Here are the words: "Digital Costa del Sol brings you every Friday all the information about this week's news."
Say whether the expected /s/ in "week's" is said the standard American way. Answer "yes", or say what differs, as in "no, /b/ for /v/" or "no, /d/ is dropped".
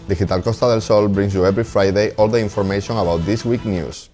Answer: no, /s/ is dropped